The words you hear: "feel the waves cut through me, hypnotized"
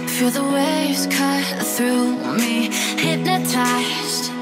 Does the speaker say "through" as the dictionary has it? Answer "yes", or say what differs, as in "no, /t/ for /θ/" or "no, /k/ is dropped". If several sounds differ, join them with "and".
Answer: yes